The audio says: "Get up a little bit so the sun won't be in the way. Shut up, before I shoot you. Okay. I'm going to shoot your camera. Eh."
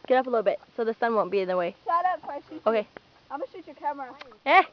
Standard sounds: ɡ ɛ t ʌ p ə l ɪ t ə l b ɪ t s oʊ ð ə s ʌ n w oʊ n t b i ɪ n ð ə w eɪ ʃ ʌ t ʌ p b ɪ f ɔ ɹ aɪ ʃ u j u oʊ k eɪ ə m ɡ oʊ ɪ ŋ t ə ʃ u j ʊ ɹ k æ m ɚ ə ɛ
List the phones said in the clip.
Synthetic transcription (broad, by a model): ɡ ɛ t ʌ p ə l ɪ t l b ɪ t s oʊ ð ə s ʌ n w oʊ n b i ɪ n ð ə w eɪ s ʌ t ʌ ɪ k aɪ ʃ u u oʊ k eɪ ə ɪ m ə ʃ u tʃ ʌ ɹ k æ m ɚ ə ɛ